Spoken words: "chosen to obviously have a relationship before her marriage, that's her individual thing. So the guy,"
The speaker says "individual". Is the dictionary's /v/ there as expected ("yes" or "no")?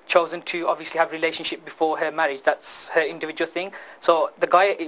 yes